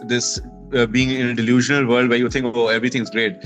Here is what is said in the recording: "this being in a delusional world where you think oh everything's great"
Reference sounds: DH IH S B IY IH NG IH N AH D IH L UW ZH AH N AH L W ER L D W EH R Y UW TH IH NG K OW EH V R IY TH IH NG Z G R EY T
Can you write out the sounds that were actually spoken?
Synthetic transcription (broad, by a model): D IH S B IY IH NG IH N AH D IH L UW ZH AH N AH L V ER L D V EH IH Y UW T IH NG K OW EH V R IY T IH NG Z G R EY T